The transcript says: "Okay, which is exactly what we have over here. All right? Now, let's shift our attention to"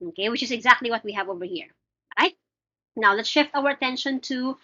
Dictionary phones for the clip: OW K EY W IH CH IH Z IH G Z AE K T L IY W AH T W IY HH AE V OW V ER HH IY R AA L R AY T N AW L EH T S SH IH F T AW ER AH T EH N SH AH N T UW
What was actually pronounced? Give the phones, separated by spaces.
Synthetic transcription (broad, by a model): OW K EY W IH CH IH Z IH G Z AE K T L IY W AH T W IY HH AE V OW V ER HH IY R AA R AY T N AW L EH T S SH IH F T AW ER AH T EH N SH AH N T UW